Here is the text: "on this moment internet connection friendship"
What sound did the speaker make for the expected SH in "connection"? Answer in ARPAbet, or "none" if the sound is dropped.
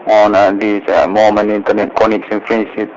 S